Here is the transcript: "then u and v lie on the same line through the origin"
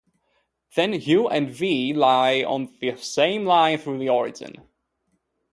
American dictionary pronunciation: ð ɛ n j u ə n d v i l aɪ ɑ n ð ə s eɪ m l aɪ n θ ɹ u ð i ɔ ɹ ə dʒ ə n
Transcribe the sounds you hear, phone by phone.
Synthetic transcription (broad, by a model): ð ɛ n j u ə n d v i l aɪ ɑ n ð ə s eɪ m l aɪ n θ ɹ u ð i ɔ ɹ ə dʒ ə n